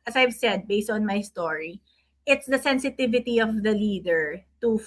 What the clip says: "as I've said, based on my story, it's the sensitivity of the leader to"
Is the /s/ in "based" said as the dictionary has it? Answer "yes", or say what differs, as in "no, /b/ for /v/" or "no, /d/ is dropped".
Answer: yes